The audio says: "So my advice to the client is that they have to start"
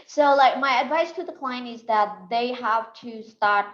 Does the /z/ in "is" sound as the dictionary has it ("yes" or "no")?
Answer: yes